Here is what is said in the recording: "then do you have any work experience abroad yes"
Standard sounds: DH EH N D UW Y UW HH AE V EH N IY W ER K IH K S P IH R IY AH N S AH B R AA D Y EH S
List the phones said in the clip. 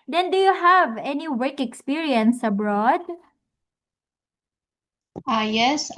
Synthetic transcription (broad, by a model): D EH N D UW Y UW HH AE V EH N IY W ER K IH K S P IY R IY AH N S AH B R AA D Y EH S